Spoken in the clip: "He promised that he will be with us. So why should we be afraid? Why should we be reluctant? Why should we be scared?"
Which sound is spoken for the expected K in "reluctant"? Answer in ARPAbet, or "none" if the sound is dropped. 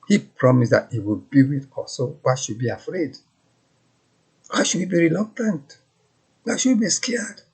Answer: K